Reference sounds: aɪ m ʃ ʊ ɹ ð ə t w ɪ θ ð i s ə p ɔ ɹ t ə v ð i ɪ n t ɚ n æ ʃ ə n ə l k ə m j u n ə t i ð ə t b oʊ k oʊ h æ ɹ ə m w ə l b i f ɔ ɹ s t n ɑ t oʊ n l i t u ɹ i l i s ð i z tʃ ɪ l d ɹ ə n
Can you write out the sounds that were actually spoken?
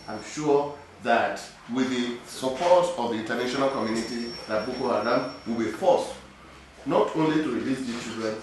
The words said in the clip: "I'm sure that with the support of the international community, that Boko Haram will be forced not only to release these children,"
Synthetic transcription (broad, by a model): aɪ m ʃ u ð ə t w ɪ ð i s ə p ɔ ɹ t ə v ð i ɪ n t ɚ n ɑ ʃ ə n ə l k ə m j u n ə t i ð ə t b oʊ k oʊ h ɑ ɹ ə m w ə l b i f ɔ s t n ɑ t oʊ n l i t u ɹ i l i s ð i tʃ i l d ɹ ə n